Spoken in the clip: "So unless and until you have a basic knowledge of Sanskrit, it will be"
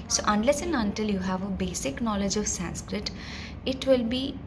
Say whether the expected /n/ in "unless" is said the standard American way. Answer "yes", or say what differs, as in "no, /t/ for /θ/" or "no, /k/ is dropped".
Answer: yes